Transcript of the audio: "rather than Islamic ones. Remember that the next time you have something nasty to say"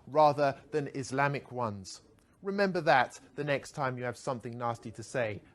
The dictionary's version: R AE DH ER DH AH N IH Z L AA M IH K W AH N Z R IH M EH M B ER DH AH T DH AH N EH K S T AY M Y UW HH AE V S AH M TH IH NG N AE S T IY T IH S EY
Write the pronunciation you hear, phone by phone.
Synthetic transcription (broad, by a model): R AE DH ER DH AH N IH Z L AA M IH K W AH N Z R IH M EH M B ER DH AH T DH AH N EH K S T AY M Y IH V S AH M TH IH NG N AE S T IY T IH S EY